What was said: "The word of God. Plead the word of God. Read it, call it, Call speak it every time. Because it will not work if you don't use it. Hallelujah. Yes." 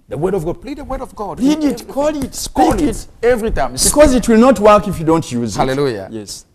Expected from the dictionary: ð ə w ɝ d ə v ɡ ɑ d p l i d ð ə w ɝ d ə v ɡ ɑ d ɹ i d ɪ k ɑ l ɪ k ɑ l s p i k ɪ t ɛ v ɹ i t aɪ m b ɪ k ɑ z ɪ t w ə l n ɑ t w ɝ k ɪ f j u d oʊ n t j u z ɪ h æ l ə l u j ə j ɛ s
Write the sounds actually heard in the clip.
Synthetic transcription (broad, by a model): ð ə w ɝ d ə v ɡ ɑ d p l i d ð ə w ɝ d ə v ɡ ɑ d l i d ɪ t k ɑ l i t ɪ t ɛ v ɹ i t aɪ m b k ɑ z ɪ t w ə l n ɑ t w ɝ k ɪ f j u d oʊ n t j u z ɪ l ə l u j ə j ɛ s